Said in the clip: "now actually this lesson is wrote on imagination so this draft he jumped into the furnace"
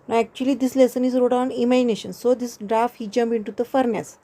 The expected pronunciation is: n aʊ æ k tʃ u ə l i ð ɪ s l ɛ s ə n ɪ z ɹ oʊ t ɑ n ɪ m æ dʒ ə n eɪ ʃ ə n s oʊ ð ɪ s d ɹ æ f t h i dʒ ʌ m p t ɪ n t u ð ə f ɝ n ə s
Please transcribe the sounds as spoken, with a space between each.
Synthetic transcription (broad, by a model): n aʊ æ k tʃ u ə l i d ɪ s l ɛ s ə n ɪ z ɹ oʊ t ɑ n ɪ m æ dʒ ə n eɪ ʃ ə n s oʊ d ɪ s d ɹ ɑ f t h i dʒ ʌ m p ɪ n t u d ə f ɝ n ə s